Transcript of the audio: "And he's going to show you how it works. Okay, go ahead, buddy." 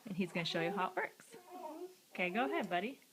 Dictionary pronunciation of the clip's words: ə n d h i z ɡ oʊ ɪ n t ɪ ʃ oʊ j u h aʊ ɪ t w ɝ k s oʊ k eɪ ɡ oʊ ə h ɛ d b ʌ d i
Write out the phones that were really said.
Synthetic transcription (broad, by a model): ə n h i z ɡ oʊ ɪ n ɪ ʃ oʊ j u h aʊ ɪ t w ɝ k s oʊ k eɪ ɡ oʊ ə h ɛ d b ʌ d i